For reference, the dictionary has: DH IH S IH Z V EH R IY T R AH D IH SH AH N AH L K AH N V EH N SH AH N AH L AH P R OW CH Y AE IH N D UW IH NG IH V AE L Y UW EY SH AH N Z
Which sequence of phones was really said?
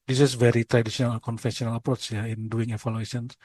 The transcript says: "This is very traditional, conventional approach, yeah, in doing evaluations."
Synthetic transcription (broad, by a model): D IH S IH S V EH R IY T R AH D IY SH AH N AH L K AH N F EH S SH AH N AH L AH P R OW CH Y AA IH N D UW IH NG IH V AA L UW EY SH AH N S